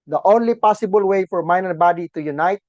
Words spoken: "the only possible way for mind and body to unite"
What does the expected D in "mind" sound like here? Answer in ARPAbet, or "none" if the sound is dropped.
none